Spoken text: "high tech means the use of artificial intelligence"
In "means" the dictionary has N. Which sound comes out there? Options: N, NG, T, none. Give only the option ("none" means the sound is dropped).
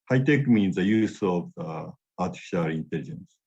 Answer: N